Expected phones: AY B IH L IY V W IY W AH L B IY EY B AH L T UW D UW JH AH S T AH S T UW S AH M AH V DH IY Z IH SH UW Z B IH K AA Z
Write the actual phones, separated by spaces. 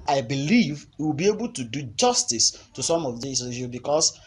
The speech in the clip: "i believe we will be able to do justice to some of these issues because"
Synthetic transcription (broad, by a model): AY B IH L IY V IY W AH L B IY EY B AH L T UW D UW JH AH S T AH S T UW S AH M AH V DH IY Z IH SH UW B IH K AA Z